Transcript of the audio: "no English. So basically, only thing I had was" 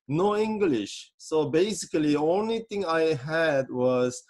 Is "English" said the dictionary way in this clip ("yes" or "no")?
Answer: yes